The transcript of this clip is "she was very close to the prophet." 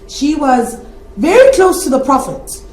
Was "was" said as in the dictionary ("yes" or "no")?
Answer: yes